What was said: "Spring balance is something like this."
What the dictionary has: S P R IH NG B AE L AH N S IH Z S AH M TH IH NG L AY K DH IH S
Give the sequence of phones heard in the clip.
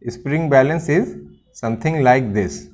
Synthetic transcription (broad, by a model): S P R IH NG B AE L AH N S IH Z S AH M T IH NG L AY K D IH S